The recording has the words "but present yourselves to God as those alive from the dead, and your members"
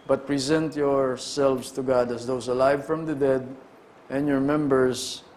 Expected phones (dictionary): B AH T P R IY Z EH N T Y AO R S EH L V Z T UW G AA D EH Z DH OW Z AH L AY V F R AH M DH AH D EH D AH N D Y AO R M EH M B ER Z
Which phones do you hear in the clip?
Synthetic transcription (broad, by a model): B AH T P R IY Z EH N T Y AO R S EH L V S T UW G AA D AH S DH OW S AH L AY V F R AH M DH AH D EH D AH N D Y AO R M EH M B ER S